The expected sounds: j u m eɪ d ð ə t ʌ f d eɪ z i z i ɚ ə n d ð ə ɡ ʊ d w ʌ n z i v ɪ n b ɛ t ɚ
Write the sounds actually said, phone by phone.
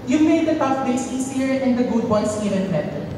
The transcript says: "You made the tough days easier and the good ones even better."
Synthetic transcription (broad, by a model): j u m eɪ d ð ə t ʌ f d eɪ s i s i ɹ ə n d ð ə ɡ ʊ d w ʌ n s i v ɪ n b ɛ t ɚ